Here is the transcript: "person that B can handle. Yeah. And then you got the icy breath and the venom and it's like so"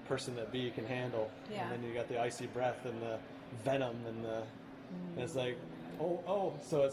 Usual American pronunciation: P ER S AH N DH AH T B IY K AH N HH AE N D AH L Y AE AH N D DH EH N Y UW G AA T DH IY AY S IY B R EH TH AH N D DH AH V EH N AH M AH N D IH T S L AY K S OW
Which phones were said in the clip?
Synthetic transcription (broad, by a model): P ER S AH N DH AH T B IY K AH N HH AE N D L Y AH N DH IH N Y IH G AA T DH IY AY S IY B R EH TH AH N DH AH V EH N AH M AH N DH IH T S L AY K S OW